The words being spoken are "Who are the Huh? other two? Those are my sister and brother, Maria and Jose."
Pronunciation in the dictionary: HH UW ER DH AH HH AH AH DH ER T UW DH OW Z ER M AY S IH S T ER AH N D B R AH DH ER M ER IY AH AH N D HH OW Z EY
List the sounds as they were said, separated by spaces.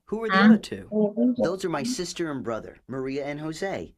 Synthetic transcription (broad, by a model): HH UW ER DH AH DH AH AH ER T UW DH OW Z ER M AY S IH S T ER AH N B R AH DH ER M ER IY AH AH N HH OW Z EY